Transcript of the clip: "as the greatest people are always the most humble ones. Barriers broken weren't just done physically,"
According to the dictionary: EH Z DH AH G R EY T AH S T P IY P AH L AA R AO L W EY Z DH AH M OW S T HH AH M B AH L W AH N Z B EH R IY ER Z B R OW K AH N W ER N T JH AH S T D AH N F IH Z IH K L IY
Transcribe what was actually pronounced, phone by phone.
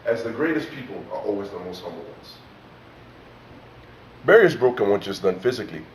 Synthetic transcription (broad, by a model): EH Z DH AH G R EY T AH S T P IY P AH L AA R AO L W EY Z DH AH M OW S T HH AH M B AH L W AH N Z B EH R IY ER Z B R OW K AH N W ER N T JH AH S D AH N F IH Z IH K L IY